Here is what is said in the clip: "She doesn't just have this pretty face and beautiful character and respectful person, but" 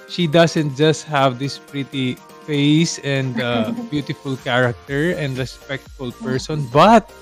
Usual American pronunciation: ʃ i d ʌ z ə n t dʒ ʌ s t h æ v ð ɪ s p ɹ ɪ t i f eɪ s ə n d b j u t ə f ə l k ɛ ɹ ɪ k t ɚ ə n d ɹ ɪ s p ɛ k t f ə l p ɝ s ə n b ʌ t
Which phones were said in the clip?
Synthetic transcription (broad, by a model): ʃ i d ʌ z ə n t dʒ ʌ s t h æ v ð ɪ s p ɹ ɪ t i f eɪ s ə n d b j u t ə f ə l k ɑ ɹ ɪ k t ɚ ə n d ɹ ɪ s p ɛ k t f ə l p ɝ s ə n b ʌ t